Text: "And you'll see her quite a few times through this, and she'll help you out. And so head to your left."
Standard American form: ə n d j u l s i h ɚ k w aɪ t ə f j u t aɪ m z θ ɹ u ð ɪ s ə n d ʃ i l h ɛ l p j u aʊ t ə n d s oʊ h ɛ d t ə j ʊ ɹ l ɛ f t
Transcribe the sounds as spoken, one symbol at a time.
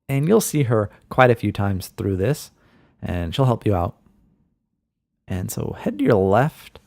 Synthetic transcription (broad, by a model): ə n j u l s i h ɚ k w aɪ t ə f j u t aɪ m z θ ɹ u ð ɪ s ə n ʃ i l h ɛ l p j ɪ aʊ t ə n s oʊ h ɛ d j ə ɹ l ɛ f t